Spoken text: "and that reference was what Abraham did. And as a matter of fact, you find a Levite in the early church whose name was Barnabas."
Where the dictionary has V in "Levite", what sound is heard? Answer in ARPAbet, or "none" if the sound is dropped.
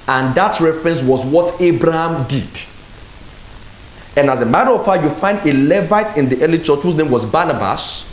V